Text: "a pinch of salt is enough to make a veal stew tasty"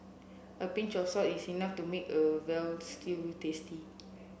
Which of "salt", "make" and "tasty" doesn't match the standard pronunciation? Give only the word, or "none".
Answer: salt